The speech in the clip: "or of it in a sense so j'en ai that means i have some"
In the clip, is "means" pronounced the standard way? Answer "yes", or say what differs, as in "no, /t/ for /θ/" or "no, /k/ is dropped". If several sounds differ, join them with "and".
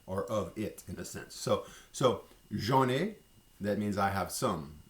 yes